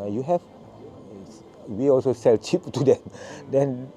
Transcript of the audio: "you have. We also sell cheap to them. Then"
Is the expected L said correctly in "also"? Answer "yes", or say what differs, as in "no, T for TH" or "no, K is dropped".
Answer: yes